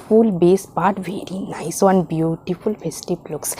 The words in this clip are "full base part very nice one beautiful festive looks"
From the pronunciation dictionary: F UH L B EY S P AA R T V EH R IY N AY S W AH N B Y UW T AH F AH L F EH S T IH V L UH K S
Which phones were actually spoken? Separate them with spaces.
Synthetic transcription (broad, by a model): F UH L B EY S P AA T V EH R IY N AY S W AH N B Y UW T AH F AH L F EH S T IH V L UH K S